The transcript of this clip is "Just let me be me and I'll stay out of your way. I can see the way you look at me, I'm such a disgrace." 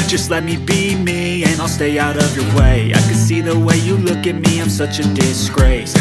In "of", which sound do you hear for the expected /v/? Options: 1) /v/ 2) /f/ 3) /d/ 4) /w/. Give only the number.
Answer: 1